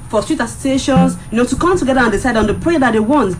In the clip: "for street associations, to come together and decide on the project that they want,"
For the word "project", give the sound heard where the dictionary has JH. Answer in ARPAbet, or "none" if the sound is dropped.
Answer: none